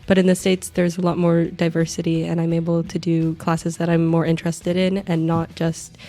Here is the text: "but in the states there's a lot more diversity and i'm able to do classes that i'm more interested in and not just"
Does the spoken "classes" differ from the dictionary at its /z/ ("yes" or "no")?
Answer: no